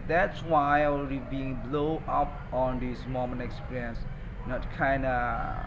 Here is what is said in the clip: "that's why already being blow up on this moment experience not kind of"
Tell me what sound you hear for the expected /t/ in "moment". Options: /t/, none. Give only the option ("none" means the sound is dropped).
none